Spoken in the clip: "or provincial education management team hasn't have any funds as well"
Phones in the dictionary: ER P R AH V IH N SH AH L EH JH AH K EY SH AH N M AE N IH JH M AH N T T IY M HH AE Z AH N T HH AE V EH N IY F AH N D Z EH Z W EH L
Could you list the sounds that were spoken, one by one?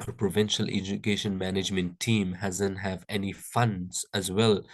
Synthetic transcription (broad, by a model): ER P R AH V IH N SH AH L EH JH AH K EY SH AH N M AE N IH JH M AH N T T IY M HH AE Z AH N T HH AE V EH N IY F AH N D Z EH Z W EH L